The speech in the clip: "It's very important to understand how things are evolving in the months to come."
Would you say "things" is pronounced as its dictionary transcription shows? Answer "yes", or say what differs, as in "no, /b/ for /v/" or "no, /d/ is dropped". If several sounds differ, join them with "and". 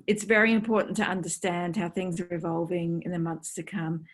yes